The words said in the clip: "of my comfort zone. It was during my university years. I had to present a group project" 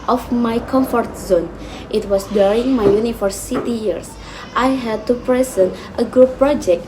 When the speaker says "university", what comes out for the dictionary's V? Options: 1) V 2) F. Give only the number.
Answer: 2